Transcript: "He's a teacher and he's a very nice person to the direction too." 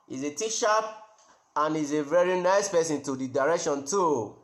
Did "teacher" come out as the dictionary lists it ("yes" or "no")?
no